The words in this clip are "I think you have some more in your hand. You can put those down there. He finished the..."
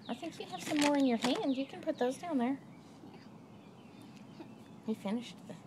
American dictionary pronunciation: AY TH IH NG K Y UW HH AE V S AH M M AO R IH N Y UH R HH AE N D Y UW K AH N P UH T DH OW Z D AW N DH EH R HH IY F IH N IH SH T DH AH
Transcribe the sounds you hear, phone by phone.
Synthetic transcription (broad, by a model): AY TH IH NG K Y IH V S AH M M AO R IH N Y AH R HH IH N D Y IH K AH N P UH T DH OW Z D AW N DH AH R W IY F IH N IH SH T DH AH